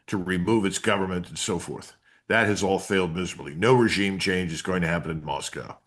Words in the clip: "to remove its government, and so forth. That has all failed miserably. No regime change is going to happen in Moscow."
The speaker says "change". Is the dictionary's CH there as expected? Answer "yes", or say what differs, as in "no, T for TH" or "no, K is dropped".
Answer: yes